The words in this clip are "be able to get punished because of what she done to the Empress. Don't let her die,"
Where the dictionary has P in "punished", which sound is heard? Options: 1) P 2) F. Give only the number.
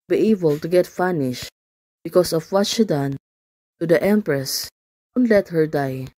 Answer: 2